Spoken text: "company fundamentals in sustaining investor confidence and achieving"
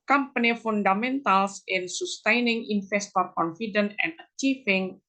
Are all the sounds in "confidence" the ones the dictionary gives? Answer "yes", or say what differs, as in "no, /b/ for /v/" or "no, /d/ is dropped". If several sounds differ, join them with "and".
no, /s/ is dropped